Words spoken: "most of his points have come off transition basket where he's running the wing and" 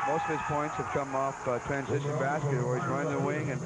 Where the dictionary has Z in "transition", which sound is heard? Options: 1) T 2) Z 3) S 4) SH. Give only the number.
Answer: 2